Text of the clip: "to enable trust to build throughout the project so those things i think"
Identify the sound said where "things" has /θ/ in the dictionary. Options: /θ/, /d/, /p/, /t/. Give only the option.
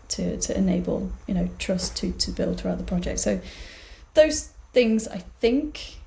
/θ/